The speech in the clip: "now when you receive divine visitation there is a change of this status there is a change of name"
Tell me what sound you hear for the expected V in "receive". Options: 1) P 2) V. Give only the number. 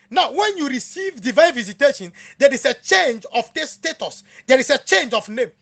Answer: 2